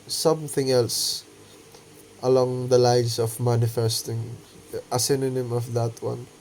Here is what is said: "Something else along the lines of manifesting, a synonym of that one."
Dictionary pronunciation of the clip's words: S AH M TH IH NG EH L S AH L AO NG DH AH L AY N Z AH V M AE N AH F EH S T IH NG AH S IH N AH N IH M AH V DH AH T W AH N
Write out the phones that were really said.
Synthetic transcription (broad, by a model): S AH M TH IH NG EH L S AH L AO NG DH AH L AY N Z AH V M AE N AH F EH S T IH NG AH S IH N AH N IH M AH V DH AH T W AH N